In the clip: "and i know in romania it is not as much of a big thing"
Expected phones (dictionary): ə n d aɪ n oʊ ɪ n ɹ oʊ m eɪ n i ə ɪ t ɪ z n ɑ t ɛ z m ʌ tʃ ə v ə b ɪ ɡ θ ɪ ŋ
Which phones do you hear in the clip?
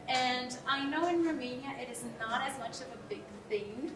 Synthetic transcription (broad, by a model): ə n aɪ n oʊ ɪ n ɹ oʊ m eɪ n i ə ɪ t ɪ z n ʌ t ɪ z m ʌ tʃ ə v ə b ɪ ɡ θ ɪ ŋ